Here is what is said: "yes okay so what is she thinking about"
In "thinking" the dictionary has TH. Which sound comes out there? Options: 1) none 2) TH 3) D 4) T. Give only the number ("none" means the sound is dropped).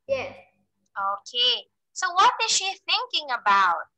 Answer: 2